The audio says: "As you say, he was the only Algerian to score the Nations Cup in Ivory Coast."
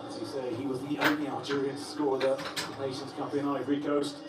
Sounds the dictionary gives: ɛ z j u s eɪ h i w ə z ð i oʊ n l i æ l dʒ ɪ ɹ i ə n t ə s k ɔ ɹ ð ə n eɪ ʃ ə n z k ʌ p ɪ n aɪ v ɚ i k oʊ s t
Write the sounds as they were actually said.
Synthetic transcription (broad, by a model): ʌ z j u s eɪ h i w ə z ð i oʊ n i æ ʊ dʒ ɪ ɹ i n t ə s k ɔ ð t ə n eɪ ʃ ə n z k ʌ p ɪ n aɪ v ɚ i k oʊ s t